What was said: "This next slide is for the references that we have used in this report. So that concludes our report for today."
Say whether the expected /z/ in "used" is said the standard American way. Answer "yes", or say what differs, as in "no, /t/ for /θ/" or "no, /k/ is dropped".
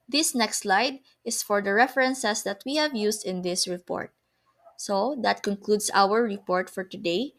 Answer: no, /s/ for /z/